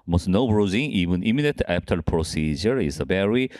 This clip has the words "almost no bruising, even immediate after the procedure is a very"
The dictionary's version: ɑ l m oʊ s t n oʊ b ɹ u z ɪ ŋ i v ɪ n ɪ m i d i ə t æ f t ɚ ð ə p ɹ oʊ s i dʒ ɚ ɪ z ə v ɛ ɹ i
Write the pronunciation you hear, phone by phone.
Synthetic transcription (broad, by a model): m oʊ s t n oʊ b ɹ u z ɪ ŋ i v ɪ n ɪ m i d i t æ p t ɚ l p ɹ oʊ s i dʒ ɚ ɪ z ə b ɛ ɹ i